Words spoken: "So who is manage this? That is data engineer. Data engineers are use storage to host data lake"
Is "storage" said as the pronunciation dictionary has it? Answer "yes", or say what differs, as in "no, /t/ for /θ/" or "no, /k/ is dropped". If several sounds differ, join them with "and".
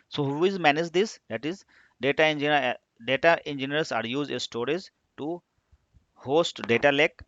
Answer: no, /z/ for /dʒ/